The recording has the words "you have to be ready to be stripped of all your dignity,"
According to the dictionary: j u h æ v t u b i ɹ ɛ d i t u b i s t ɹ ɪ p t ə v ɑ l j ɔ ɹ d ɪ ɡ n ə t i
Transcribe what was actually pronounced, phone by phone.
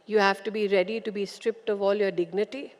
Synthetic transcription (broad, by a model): j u h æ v t u b i ɹ ɛ d i t u b i s t ɹ ɪ p t ə v ɑ l j ɔ ɹ d ɪ ɡ n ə t i